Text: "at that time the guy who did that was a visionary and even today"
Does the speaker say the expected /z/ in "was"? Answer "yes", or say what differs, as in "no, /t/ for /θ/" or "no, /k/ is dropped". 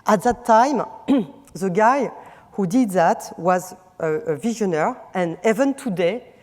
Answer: yes